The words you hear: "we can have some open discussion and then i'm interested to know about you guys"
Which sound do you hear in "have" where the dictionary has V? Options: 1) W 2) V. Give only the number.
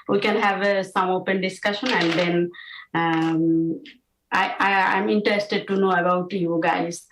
2